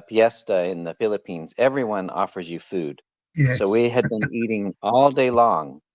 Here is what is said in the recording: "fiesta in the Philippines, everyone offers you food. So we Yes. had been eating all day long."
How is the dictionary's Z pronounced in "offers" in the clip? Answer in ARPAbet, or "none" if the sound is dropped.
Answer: Z